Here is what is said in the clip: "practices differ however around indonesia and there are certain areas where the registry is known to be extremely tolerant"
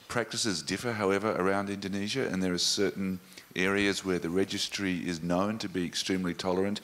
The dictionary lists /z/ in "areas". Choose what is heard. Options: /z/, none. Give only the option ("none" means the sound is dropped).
/z/